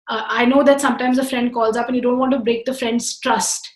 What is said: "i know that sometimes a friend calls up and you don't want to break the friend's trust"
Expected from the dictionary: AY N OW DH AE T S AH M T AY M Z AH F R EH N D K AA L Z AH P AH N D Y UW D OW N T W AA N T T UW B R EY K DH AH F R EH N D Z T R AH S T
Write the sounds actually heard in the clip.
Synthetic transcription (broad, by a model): AY N OW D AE T S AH M T AY M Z AH F R EH N D K AA L Z AH P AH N Y UW D OW N T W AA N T T UW B R EY K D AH F R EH N D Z T R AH S T